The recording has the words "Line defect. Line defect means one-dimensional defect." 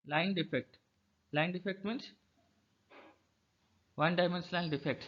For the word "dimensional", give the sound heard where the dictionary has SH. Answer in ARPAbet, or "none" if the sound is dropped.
S